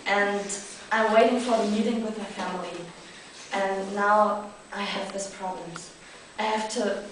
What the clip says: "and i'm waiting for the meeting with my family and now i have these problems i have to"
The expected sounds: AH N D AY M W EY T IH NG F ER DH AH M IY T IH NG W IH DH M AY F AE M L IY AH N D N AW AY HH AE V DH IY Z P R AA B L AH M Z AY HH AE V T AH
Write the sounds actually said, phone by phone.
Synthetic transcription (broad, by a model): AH N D AY M W EY T IH NG F ER DH AH M IY T IH NG W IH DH M AY F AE M L IY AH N N AW AY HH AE V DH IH S P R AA B L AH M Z AY HH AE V T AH